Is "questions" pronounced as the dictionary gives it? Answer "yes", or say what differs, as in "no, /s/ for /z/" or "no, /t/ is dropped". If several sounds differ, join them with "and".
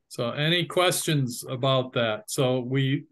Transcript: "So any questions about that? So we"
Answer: yes